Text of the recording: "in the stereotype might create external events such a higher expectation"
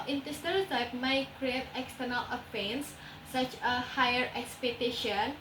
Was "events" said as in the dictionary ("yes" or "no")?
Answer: no